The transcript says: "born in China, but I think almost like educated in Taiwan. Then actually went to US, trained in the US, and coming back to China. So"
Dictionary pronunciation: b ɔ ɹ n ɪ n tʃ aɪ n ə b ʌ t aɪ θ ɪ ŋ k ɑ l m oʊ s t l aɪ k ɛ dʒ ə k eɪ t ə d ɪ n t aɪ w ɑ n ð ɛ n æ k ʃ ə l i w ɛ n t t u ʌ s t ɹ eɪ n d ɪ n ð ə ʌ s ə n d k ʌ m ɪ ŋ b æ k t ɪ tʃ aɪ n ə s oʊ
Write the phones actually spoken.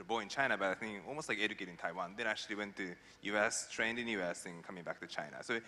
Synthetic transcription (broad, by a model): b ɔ ɪ n tʃ aɪ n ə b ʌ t aɪ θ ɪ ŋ ɑ l m oʊ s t l aɪ k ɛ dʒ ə k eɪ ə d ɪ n t aɪ w ɑ n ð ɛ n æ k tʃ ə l i w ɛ n t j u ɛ s t ɹ eɪ n d ɪ n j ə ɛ s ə n k ʌ m ɪ ŋ b æ k t ɪ tʃ aɪ n ə s oʊ